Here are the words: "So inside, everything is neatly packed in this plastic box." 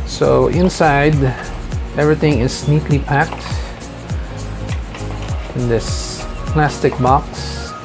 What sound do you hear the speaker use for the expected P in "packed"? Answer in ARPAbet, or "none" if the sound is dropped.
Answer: P